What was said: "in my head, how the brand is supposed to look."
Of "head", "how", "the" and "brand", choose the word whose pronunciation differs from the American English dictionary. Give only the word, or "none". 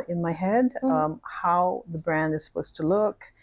none